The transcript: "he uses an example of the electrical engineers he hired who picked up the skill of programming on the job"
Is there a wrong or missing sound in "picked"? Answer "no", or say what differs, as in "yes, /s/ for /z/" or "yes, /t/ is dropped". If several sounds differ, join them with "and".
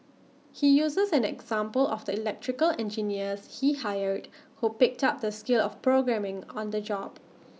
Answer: no